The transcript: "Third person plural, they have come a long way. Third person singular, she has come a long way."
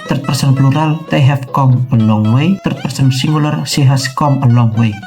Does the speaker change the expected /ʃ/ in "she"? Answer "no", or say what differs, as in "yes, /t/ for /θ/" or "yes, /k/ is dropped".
yes, /s/ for /ʃ/